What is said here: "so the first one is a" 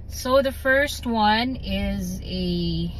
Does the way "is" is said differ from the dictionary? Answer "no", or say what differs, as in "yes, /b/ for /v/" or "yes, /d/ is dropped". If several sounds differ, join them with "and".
no